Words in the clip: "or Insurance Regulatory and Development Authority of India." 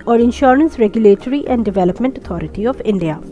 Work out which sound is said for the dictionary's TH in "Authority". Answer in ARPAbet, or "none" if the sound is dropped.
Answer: T